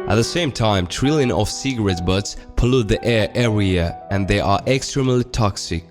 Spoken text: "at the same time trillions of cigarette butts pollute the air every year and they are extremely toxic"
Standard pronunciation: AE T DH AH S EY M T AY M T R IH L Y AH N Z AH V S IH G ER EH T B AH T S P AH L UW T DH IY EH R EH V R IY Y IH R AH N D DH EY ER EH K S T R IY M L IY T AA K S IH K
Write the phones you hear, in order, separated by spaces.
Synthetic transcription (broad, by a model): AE T DH AH S EY M T AY M T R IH L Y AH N AH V S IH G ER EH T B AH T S P AH L UW T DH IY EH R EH R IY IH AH N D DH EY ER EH K S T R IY M L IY T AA K S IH K